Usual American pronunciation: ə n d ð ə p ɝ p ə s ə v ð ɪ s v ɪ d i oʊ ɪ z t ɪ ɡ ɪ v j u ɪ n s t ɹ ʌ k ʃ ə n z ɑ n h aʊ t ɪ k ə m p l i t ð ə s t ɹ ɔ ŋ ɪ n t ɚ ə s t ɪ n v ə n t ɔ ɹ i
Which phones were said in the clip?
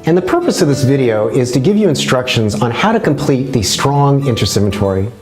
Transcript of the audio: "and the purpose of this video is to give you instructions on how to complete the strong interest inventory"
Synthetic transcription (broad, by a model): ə n ð ə p ɝ p ə s ə v ð ɪ s v ɪ d i oʊ ɪ z t ɪ ɡ ɪ v j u ɪ n s t ɹ ʌ k ʃ ə n z n h aʊ t ɪ k ə m p l i t ð ə s t ɹ ɔ ŋ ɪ n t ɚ s ɪ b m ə t ɔ ɹ i